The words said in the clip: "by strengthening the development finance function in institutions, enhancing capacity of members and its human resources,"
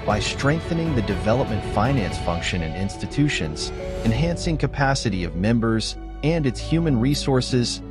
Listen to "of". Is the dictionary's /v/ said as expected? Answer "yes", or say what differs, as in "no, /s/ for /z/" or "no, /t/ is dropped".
yes